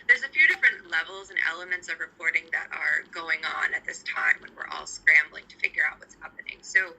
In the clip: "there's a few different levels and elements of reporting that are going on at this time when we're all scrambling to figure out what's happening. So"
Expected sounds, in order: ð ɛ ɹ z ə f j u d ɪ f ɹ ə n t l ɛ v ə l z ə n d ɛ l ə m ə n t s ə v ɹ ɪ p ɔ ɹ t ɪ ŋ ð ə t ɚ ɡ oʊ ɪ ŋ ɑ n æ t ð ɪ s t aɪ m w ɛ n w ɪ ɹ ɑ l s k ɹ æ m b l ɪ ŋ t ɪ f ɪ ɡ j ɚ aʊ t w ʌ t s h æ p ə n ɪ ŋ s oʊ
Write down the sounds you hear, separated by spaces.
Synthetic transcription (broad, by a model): ð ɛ ɹ z ə f j u d ɪ f ɹ ə n t l ɛ v l z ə n ɛ l ə m ə n t s ə v ɹ ɪ p ɔ ɹ t ɪ ŋ ð ə t ɚ ɡ oʊ ɪ ŋ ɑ n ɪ t ð ɪ s t aɪ m w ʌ n w ɪ ɹ ɑ l s k ɹ æ m b l ɪ ŋ t ɪ f ɪ ɡ j ɚ aʊ t w ʌ t s h æ p ə n ɪ ŋ s oʊ